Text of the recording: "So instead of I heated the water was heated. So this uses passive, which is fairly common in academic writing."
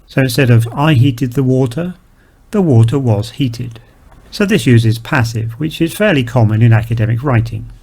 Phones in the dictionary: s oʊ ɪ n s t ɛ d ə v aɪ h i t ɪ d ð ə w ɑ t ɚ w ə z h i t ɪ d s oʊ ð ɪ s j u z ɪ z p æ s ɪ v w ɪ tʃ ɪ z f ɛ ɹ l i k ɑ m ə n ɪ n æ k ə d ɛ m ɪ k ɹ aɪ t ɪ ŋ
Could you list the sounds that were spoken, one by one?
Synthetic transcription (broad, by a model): s oʊ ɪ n s t ɛ d ə v aɪ h i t ɪ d ð ə w ɑ t ɚ w ə z h i t ɪ d s oʊ ð ɪ s j u z ɪ z p æ s ɪ v w ɪ tʃ ɪ z f ɛ ɹ l i k ɑ m ə n ɪ n æ k ə d ɛ m ɪ k ɹ aɪ t ɪ ŋ